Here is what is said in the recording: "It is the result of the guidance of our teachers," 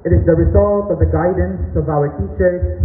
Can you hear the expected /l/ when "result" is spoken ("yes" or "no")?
yes